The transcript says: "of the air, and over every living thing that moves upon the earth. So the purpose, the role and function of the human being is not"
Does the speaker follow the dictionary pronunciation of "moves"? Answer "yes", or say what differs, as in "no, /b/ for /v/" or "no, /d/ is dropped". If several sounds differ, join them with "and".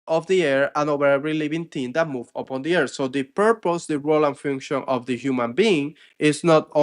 no, /z/ is dropped